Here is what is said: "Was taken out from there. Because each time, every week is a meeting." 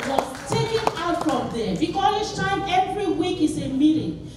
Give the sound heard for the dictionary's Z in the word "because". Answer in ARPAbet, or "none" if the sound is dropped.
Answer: none